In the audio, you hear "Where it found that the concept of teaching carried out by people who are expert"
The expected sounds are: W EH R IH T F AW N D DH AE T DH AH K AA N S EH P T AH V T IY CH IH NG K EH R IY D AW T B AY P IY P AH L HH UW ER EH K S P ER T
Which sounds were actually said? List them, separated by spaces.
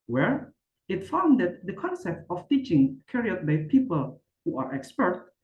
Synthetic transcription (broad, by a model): W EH R IH T F AW N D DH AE T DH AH K AA N S EH P T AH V T IY CH IH NG K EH R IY AH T B AY P IY P AH L HH UW ER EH K S P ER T